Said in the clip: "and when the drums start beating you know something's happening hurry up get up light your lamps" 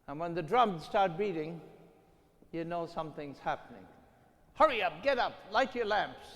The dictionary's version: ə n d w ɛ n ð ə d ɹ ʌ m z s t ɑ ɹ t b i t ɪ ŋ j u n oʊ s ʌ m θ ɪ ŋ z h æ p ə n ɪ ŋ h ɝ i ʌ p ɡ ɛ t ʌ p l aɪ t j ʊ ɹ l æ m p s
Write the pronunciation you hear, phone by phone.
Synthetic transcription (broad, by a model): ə n w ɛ n ð ə d ɹ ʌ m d s t ɑ ɹ t b i t ɪ ŋ j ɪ n oʊ s ʌ m θ ɪ ŋ z h æ p ə n ɪ ŋ h ɝ i ʌ p ɡ ɛ t ʌ p l aɪ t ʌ ɹ l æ m p s